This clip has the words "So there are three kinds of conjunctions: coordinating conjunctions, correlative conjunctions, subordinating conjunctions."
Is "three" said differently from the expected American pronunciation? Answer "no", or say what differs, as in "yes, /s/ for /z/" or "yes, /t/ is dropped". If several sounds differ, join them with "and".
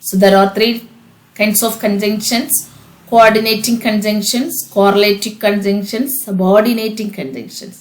yes, /t/ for /θ/